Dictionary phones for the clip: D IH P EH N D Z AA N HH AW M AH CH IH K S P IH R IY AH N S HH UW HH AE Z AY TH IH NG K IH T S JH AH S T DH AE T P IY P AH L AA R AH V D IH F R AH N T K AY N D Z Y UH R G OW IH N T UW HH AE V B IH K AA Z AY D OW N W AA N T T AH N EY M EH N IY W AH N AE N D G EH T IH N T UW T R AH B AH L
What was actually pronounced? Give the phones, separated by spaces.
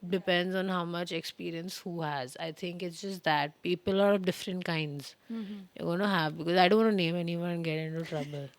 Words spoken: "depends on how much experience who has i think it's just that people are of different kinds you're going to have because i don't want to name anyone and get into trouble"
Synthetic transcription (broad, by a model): D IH P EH N D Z AA N HH AW M AH CH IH K S P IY R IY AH N S HH UW HH AE Z AY T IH NG K IH T S JH AH S T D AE T P IY P AH L AA R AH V D IH F R AH N T K AY N D Z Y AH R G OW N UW HH AE V B IH K AA Z AY D OW N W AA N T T N EY M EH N IY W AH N N G EH T IH N T UW T R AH B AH L